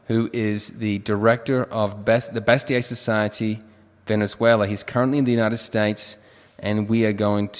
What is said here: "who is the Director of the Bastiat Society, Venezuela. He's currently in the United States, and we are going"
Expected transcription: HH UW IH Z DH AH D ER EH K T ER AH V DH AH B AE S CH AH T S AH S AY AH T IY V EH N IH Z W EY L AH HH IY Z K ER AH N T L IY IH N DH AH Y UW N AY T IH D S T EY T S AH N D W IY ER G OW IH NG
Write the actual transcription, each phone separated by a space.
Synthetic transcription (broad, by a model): HH UW IH Z DH AH D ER EH K T ER AH V DH AH B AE S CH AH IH S AH S AY AH T IY V EH N IH Z W EY L AH HH IY Z K ER AH N T L IY IH N DH AH Y UW N AY T IH D S T EY T S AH N W IY ER G OW IH NG